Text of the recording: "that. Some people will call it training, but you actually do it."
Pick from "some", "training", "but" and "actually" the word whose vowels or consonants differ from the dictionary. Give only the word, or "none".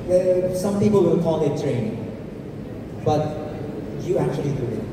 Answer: training